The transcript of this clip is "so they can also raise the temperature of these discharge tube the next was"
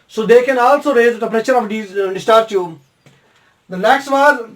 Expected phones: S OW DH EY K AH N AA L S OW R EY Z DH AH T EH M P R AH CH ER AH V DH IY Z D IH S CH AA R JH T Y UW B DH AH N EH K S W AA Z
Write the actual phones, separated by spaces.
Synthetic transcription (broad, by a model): S OW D EY K AH N AA L S OW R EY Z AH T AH P R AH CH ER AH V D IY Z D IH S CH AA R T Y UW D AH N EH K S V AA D